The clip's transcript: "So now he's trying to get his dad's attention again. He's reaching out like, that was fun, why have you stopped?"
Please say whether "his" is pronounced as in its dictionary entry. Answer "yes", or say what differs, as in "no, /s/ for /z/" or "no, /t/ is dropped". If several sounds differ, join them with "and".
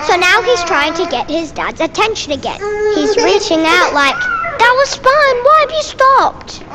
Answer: yes